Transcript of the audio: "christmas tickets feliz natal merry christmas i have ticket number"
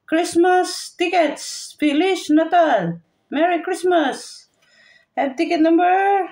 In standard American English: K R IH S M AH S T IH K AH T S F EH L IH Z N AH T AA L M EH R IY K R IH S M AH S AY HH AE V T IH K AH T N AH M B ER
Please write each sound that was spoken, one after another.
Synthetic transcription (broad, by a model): K R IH S M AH S T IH K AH T S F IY L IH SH N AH T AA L M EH R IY K R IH S M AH S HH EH B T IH K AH T N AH M B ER